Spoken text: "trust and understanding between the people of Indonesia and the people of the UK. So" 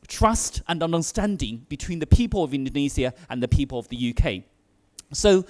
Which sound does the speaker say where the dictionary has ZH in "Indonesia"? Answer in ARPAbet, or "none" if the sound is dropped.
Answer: Z